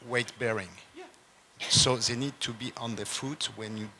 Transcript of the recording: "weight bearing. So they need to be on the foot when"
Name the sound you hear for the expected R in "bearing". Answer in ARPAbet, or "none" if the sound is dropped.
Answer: R